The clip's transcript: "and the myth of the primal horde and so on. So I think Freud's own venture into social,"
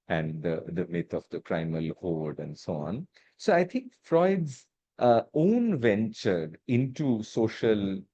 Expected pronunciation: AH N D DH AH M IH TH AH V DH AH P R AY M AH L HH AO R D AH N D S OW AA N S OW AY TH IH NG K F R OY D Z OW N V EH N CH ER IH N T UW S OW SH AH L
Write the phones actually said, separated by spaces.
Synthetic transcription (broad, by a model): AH N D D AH M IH T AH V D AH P R AY M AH L HH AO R D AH N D S OW AA N S OW AY T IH NG K F R OY D Z OW N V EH N CH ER IH N T UW S OW SH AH L